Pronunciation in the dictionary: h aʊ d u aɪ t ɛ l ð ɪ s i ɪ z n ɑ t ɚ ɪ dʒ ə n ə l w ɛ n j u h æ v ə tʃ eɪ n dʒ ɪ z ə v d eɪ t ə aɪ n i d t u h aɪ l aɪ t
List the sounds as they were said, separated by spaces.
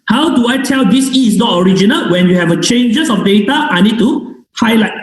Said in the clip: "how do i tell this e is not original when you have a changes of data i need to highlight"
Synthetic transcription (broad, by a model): h aʊ d u aɪ t ɛ l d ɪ s i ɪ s n ɑ t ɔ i dʒ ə n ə l w ɛ n j u h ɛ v ə tʃ eɪ n dʒ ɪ s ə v d eɪ t ə aɪ n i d t u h aɪ l aɪ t